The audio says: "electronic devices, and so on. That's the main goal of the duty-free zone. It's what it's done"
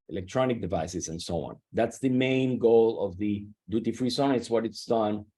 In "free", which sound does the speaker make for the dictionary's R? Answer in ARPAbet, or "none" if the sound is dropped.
R